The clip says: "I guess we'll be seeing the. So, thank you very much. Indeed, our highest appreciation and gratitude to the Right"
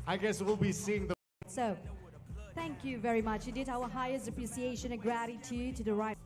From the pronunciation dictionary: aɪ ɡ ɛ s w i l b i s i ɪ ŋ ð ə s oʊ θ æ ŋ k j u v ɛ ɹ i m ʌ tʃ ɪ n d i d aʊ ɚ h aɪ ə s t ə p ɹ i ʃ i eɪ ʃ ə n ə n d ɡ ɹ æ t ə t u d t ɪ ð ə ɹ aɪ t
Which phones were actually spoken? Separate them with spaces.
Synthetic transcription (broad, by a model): aɪ ɡ ɛ s w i l b i s i ɪ ŋ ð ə s oʊ θ æ ŋ k j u v ɛ ɹ i m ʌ tʃ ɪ d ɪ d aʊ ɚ h aɪ ə s t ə p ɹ i s i eɪ ʃ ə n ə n ɡ ɹ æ t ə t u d t ɪ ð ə ɹ aɪ